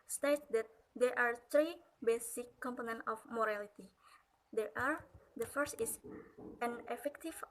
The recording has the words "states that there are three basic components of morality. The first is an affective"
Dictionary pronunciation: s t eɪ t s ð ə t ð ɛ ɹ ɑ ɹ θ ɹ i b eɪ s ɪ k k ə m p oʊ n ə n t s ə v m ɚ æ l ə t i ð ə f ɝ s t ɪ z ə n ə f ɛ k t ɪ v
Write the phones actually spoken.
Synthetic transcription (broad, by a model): s t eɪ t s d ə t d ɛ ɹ ɑ ɹ t ɹ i b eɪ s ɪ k k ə m p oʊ n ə n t ə f m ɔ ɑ l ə t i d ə f ɝ s t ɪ s ə n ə f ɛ k t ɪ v